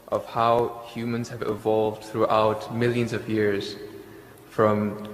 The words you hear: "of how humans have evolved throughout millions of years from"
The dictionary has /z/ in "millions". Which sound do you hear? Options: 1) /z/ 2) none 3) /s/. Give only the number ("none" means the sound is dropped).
1